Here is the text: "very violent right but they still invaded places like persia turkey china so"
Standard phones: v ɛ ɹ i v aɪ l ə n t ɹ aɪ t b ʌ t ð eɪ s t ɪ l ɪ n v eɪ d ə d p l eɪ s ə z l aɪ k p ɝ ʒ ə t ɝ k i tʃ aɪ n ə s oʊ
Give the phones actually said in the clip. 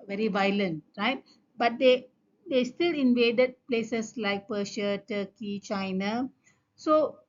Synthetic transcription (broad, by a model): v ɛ ɹ i v aɪ l ə n t ɹ aɪ t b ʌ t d eɪ s t ɪ l ɪ n v eɪ d ə d p l eɪ s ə s l aɪ k p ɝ ʃ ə t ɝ k i tʃ aɪ n ə s oʊ